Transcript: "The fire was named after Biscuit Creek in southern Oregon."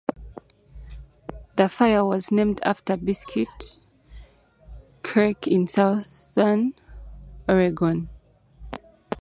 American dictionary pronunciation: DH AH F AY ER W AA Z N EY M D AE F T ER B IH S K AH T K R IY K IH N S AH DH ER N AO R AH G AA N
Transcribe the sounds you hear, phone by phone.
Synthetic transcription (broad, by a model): DH AH F AY ER W AA Z N EY M D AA F T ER B IH S K AH T K AH K IH N S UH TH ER N AO R AH G AA N